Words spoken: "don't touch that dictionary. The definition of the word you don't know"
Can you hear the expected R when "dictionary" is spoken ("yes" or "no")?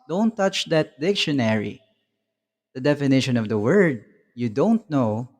yes